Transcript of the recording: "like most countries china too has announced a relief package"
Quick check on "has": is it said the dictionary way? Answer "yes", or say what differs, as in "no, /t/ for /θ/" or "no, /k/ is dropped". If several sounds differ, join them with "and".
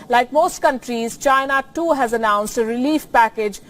yes